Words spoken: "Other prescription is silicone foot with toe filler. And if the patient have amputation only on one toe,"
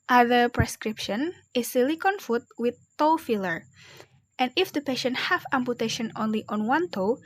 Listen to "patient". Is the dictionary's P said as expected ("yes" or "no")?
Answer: yes